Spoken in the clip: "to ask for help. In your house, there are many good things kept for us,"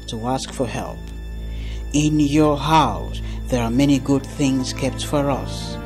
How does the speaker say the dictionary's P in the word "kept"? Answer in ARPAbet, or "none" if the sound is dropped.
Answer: P